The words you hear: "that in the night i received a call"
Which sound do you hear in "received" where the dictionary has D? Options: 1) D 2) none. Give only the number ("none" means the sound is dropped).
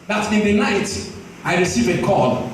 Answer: 2